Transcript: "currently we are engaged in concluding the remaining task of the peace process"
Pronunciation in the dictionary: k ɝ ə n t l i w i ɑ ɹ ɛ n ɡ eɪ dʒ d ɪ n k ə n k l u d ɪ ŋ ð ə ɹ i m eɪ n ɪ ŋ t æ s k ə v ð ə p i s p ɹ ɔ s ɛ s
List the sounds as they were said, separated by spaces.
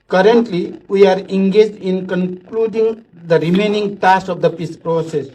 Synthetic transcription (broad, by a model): k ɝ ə n t l i w i ɑ ɹ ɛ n ɡ eɪ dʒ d ɪ n k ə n k l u d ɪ ŋ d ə ɹ i m eɪ n ɪ ŋ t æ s ə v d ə p i s p ɹ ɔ s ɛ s